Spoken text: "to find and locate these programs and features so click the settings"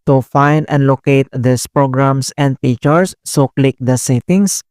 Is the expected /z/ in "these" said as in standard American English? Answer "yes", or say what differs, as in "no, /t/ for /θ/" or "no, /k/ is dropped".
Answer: no, /s/ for /z/